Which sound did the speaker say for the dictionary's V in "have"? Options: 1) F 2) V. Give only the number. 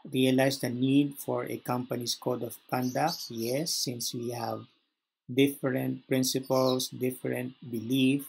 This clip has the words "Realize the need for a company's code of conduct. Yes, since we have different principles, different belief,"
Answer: 2